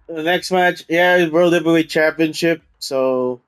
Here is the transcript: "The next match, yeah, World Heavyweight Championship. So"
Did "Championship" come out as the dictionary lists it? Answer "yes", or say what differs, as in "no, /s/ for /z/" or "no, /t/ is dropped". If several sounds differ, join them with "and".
yes